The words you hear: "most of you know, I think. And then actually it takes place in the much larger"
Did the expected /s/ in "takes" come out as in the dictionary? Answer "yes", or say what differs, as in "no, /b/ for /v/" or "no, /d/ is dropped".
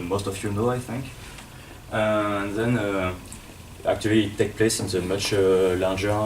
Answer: no, /s/ is dropped